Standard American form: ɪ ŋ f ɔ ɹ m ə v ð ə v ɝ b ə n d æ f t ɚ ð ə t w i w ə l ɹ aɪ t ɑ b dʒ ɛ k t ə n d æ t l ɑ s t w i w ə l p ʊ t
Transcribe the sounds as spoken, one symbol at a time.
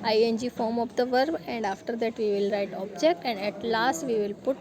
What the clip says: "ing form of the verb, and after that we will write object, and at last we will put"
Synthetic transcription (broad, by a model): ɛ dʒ f ɔ ɹ m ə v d ə v ɝ b ə n d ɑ f t ɚ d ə t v i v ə l ɹ aɪ t ɑ b dʒ ɛ k t ə n d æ t l ɑ s t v i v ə l p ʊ t